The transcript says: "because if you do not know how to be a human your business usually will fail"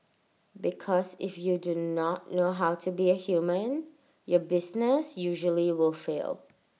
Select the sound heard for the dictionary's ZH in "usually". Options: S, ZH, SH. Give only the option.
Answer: ZH